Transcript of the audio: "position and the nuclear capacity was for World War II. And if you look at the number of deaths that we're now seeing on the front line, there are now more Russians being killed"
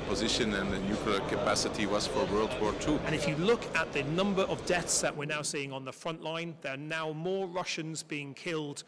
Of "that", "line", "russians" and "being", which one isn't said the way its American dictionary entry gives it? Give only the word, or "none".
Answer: none